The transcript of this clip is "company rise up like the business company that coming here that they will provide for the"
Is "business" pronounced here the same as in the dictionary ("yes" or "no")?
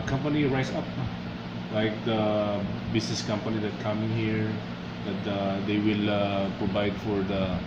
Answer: no